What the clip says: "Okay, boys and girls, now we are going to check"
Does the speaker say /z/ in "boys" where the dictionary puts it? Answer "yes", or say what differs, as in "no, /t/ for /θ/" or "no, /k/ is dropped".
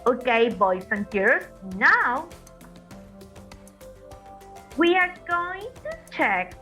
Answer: no, /s/ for /z/